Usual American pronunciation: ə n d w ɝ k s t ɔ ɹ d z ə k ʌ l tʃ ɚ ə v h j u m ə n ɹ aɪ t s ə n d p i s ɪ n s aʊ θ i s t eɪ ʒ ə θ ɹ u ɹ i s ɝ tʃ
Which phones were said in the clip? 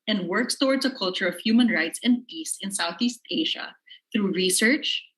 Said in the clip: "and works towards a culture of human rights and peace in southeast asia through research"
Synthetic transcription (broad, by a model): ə n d w ɝ k s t ɔ ɹ d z ə k ʌ l tʃ ɚ ə v h j u m ə n ɹ aɪ t s ə n d p i s ɪ n s aʊ θ i s t eɪ ʒ ə θ ɹ u ɹ i s ɝ tʃ